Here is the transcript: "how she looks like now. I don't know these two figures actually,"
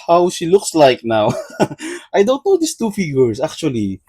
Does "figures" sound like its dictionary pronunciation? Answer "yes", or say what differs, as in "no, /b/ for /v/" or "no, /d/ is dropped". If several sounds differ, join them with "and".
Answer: no, /s/ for /z/